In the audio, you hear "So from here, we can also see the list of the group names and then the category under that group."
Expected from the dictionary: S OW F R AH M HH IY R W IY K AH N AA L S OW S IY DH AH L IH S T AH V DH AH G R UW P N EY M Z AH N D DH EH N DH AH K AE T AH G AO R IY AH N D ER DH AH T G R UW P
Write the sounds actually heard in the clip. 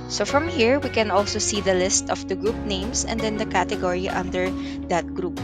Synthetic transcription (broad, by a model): S OW F R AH M HH IY R W IY K AH N AA L S OW S IY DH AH L IH S T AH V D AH G R UW P N EY M S AH N D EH N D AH K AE T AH G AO R IY AH N D ER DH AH T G R UW P